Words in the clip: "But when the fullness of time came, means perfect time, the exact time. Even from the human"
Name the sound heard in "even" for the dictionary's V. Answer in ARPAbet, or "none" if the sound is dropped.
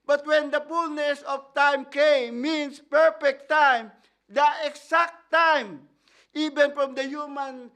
B